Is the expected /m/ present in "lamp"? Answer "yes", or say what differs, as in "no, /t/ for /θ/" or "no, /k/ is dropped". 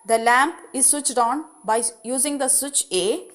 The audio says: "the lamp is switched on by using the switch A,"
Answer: yes